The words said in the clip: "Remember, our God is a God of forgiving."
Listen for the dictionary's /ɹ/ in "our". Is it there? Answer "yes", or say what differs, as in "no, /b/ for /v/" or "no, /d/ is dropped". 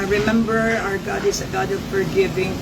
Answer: yes